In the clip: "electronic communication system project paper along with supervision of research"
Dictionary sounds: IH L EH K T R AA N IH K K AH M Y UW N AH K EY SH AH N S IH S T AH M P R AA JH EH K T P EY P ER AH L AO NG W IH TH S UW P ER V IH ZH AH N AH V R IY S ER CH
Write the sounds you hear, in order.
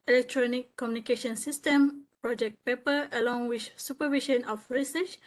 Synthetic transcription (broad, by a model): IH L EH K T R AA N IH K K AH M Y UW N AH K EY SH AH N S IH S T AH M P R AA JH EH K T P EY P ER AH L AO NG W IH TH S UW P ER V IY SH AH N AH F R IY S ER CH